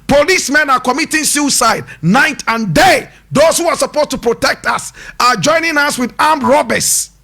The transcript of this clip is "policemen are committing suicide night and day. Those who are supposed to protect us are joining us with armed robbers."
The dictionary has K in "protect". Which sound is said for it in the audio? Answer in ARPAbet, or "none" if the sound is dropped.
K